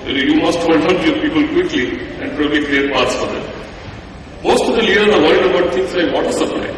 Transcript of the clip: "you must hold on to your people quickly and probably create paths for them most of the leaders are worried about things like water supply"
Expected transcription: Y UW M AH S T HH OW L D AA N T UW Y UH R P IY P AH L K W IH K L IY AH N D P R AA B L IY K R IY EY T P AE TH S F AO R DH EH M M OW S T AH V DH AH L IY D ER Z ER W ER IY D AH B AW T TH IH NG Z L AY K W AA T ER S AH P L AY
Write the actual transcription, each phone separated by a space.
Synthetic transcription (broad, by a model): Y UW M AH S T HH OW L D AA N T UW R P IY P AH L K W IH K L IY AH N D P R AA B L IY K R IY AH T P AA T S F AO R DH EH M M OW S T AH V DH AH L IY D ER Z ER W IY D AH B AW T T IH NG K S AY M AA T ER S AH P L AY